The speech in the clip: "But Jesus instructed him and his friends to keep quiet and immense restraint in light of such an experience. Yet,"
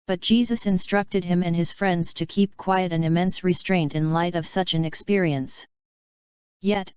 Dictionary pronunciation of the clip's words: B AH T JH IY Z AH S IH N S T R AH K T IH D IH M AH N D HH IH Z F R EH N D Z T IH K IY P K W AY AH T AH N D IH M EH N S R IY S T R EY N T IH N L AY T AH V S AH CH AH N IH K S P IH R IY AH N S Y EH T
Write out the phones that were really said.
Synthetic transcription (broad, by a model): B AH T JH IY Z AH S IH N S T R AH K T IH D IH M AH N IH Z F R EH N D Z T IH K IY P K W AY AH T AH N IH M EH N S R IY S T R EY N T IH N L AY T AH V S AH CH AH N IH K S P IH R IY AH N S Y EH T